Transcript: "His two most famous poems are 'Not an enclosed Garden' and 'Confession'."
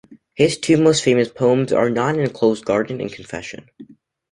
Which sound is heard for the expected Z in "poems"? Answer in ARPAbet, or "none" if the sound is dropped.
Z